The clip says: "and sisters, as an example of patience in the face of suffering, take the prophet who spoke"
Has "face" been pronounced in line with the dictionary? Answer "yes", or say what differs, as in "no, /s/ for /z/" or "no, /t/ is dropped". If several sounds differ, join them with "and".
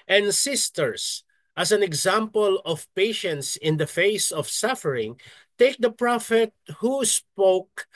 yes